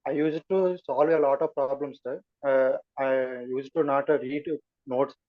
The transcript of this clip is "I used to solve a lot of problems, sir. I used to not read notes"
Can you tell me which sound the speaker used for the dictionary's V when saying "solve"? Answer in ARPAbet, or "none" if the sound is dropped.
V